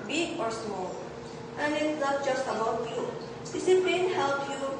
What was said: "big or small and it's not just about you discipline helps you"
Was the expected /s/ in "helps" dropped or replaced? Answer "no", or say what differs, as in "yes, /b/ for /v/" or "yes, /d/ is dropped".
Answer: yes, /s/ is dropped